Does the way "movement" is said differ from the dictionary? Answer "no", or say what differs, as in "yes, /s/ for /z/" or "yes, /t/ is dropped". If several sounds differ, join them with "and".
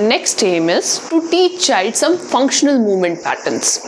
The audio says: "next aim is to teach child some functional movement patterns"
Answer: no